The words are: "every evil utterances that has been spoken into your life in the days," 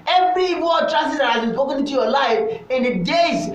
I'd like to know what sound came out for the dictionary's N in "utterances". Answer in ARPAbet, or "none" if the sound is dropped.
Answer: none